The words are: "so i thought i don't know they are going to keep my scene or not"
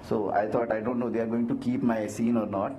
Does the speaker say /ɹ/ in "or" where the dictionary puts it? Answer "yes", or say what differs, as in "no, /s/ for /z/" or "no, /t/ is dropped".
yes